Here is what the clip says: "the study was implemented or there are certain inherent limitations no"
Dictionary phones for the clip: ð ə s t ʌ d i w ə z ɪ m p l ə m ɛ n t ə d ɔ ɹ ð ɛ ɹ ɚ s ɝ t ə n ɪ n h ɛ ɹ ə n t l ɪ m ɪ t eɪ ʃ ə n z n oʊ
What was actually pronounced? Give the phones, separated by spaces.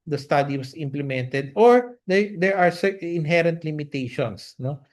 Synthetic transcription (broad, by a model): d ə s t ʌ d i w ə s ɪ m p l ə m ɛ n t ə d ɔ ɹ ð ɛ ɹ ɚ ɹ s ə ɪ n h ɛ ɹ ə n t l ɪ m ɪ t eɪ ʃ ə n s n oʊ